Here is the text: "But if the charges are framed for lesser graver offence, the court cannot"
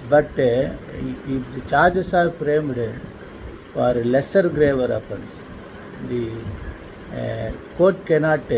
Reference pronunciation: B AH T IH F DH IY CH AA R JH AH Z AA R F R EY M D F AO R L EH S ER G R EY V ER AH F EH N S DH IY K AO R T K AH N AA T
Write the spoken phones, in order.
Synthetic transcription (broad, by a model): B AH T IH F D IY CH AA R JH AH S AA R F R EY M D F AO R L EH S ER G R EY V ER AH P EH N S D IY K AO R T K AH N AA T